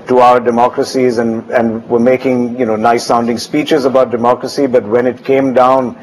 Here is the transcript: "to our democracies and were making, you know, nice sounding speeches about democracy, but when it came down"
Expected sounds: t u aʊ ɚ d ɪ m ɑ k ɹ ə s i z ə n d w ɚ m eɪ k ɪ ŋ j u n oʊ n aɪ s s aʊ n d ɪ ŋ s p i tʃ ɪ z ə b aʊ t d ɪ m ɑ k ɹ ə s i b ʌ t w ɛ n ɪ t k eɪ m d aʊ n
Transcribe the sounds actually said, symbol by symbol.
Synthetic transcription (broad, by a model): t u aʊ ɚ d ɪ m ɑ k ɹ ə s i z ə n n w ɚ m eɪ k ɪ ŋ j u n oʊ n aɪ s s aʊ n d ɪ ŋ s p i tʃ ɪ z ə b aʊ t d ɪ m ɑ k ɹ ə s i b ʌ t w ɛ n ɪ t k eɪ m d aʊ n